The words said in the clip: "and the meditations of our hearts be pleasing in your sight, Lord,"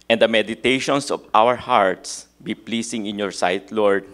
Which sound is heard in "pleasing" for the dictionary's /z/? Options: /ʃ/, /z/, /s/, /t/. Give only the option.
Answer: /s/